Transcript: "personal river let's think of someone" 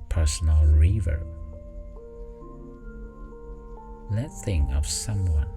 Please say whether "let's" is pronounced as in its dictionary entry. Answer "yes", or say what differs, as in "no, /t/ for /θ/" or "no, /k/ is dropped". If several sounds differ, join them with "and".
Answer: no, /s/ is dropped